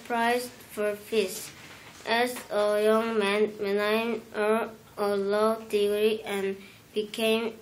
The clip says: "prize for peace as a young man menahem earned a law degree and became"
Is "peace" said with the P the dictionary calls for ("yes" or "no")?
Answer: no